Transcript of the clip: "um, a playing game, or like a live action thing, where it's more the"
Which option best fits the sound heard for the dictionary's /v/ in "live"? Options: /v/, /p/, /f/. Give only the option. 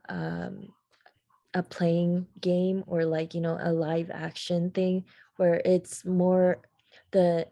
/v/